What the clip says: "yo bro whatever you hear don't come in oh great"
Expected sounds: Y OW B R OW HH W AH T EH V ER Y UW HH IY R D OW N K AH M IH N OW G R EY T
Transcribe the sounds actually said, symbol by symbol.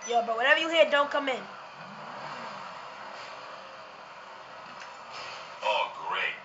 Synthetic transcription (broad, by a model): Y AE B OW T W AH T EH V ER Y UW HH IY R D OW N K AH M IH N OW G R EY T